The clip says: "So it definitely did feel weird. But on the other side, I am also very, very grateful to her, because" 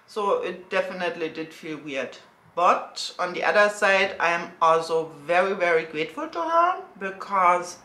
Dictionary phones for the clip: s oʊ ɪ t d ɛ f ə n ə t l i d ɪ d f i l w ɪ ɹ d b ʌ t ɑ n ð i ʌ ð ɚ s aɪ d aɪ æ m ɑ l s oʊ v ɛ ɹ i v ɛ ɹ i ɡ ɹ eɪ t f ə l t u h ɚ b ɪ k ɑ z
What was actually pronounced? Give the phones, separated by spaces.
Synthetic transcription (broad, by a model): s oʊ ɪ t d ɛ f ə n ə t l i d ɪ d f i l w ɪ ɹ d b ʌ t ɑ n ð i ʌ ð ɚ s aɪ d aɪ m ɑ l s oʊ v ɛ ɹ i v ɛ ɹ i ɡ ɹ eɪ t f ə l t u h ɚ b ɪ k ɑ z